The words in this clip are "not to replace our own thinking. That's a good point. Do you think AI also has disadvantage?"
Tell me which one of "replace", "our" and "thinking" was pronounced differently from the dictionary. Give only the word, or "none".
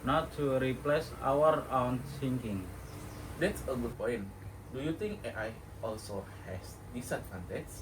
thinking